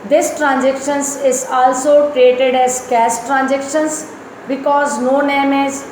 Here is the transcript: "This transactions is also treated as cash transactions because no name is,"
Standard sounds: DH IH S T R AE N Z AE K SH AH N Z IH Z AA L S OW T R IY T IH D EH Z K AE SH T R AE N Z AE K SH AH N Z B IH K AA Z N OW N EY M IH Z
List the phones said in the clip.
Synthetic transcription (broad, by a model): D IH S T R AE N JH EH K SH AH N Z IH Z AA L S OW T R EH T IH D EH Z K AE S T R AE N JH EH K SH AH N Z B IH K AA Z N OW N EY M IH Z